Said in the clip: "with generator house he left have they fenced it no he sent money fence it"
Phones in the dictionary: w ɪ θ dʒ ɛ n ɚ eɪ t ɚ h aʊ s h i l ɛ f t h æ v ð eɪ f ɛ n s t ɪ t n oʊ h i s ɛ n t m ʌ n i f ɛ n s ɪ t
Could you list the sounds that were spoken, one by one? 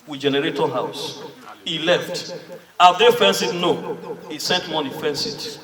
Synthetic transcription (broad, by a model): w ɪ dʒ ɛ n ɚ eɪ t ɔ h aʊ s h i l ɛ f t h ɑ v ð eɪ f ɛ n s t ɪ t n oʊ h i s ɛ t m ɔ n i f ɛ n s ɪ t